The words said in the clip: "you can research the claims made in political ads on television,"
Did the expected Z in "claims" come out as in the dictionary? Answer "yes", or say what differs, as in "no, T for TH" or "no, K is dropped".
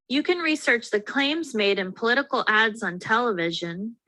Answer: yes